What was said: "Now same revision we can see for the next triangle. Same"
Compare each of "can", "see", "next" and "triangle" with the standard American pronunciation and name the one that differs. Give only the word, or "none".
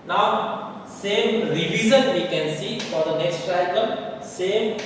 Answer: triangle